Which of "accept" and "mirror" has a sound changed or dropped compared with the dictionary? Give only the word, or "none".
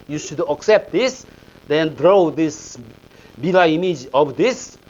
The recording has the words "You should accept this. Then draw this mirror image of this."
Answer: mirror